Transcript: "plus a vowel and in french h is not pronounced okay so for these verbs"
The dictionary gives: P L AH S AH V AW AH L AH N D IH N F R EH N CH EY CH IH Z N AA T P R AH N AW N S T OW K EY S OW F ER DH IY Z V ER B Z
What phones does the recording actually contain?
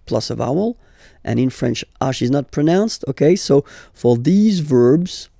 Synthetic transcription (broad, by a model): P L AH S AH V AW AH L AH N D IH N F R EH N CH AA SH IH Z N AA T P R AH N AW N S T OW K EY S OW F ER DH IY Z V ER B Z